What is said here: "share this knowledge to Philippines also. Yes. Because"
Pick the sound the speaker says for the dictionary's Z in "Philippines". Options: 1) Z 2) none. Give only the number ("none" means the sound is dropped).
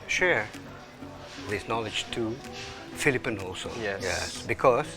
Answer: 2